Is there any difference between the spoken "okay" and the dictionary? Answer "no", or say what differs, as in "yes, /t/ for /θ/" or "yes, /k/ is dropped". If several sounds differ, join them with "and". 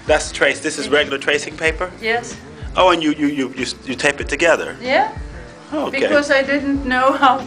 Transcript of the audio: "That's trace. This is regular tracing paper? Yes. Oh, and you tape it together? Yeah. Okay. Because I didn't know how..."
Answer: yes, /k/ is dropped